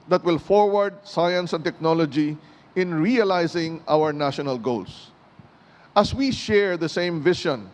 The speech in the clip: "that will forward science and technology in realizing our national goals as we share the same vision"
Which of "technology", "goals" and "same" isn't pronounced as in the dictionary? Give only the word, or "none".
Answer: goals